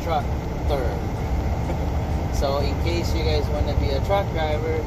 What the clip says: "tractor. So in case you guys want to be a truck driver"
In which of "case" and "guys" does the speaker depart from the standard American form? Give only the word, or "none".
none